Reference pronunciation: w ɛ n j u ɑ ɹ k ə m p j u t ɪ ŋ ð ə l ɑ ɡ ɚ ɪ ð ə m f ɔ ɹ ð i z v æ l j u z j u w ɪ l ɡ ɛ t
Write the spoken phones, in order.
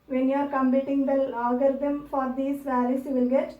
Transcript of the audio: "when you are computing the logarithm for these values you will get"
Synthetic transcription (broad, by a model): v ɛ n j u ɑ ɹ k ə m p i t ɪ ŋ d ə l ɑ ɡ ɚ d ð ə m f ɔ ɹ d i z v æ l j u s j u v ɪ l ɡ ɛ t